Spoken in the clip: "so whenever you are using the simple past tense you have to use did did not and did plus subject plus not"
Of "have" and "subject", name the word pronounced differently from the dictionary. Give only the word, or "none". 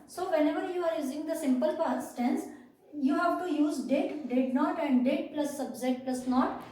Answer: subject